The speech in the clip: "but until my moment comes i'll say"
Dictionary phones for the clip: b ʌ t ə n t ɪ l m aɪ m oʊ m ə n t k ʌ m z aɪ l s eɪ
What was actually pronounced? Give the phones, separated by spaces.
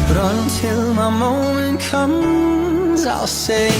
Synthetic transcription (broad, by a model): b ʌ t ə n t ɪ l m aɪ m oʊ m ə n k ʌ m z aɪ l s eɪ